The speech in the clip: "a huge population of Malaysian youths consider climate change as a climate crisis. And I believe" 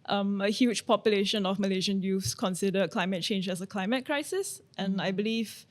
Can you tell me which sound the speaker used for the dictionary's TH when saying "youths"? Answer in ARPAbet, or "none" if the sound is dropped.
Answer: F